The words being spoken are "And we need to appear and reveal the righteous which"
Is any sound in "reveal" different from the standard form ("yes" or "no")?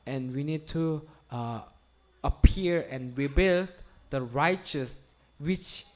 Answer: yes